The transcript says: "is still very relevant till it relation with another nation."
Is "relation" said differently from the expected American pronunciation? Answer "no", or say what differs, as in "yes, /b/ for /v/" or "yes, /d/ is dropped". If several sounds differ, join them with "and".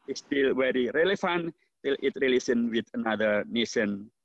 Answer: yes, /s/ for /ʃ/